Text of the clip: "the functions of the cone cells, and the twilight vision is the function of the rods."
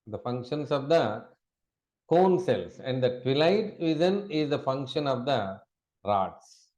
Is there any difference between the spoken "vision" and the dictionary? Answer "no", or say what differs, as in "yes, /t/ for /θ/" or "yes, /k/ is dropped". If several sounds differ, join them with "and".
yes, /z/ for /ʒ/